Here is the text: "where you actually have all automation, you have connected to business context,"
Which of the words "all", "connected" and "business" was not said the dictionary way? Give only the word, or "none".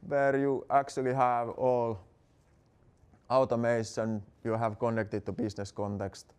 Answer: business